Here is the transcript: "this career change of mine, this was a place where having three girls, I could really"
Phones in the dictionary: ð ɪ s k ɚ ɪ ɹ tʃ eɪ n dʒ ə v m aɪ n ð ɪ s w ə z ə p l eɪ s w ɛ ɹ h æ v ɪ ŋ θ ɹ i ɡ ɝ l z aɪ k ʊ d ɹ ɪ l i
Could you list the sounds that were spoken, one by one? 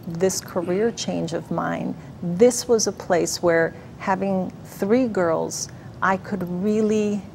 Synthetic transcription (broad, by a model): ð ɪ s k ɚ ɪ ɹ tʃ eɪ n dʒ ə v m aɪ n ð ɪ s w ə z ə p l eɪ s w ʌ ɹ h æ v ɪ ŋ θ ɹ i ɡ ɝ l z aɪ k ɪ d ɹ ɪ l i